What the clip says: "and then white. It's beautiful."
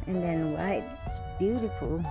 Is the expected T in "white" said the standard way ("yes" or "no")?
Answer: no